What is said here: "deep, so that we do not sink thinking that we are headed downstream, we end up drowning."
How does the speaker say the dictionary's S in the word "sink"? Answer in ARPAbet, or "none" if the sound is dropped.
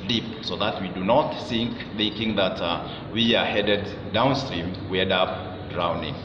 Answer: TH